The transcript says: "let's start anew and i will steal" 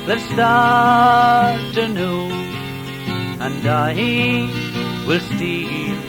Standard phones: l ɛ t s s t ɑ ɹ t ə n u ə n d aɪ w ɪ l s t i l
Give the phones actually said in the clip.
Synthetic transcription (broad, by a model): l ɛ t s s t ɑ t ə n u ə n d aɪ w ɪ l s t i